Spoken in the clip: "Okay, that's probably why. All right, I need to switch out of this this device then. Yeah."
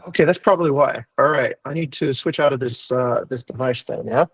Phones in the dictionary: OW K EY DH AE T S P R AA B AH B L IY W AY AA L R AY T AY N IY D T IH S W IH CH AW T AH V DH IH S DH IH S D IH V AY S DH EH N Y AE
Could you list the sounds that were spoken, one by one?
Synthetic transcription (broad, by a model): OW K EY DH AE T S P R AA B AH B L IY W AY AA L R AY T AY N IY D T IH S W IH CH AW T AH V DH IH S DH IH S D IH V AY S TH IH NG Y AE